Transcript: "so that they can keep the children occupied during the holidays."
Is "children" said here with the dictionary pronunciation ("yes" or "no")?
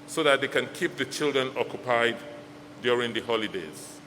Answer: yes